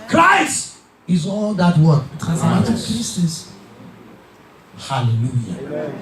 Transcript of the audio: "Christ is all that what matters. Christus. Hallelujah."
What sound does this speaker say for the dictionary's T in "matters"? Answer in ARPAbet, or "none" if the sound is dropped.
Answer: S